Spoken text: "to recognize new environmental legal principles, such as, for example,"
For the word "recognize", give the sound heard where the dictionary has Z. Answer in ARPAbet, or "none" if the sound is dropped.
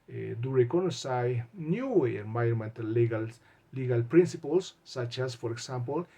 none